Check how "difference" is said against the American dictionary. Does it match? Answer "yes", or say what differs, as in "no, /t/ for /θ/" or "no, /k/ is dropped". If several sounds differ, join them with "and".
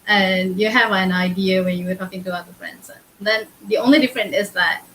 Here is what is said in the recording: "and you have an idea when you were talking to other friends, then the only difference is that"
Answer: no, /s/ is dropped